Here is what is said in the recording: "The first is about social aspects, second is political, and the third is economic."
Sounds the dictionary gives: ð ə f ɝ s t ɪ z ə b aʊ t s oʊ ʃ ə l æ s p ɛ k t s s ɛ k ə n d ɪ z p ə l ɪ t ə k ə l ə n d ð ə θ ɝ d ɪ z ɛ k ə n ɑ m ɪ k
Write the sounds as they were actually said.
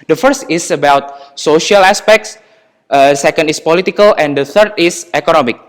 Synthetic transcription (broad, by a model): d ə f ɝ s t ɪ s ə b aʊ t s oʊ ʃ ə l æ s p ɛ k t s s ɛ k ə n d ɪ s p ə l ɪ t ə k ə l ə n d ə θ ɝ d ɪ s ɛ k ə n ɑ m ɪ k